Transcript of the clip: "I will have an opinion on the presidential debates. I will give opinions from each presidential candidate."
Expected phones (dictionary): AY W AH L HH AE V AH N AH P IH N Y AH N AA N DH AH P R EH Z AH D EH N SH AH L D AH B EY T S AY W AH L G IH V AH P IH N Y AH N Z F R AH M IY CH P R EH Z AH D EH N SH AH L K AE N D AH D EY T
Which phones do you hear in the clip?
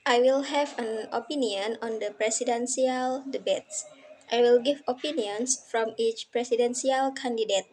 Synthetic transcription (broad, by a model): AY W AH L HH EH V AH N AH P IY N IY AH N AA N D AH P R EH S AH D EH N S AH L D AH B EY T S AY W AH L G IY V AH P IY N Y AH N S F R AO M IY CH P R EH S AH D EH N S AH L K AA N D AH D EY T